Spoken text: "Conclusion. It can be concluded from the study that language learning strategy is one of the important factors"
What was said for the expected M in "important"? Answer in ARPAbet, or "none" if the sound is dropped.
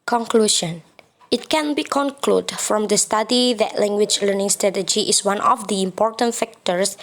M